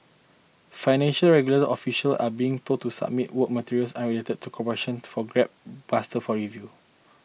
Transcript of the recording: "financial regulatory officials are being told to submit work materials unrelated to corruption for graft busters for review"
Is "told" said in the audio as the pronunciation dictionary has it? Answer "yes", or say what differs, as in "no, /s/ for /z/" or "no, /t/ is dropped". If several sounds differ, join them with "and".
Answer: no, /l/ is dropped